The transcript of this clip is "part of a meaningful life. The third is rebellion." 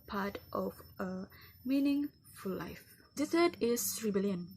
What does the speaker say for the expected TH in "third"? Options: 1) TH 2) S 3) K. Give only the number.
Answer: 2